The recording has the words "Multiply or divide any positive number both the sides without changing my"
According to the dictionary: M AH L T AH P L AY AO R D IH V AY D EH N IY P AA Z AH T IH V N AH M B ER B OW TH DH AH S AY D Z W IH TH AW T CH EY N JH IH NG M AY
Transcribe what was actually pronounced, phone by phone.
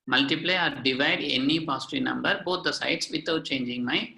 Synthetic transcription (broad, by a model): M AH L T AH P L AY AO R D IH V AY D EH N IY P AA S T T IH N AH M B ER B OW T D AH S AY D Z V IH T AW T CH EY N JH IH NG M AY